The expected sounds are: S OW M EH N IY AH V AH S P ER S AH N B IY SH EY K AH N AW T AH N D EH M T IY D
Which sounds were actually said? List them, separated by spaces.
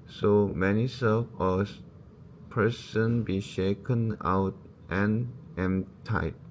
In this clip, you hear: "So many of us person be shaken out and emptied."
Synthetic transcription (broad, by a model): S OW M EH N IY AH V AH S P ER S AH N B IY SH EY K AH N AW T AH N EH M T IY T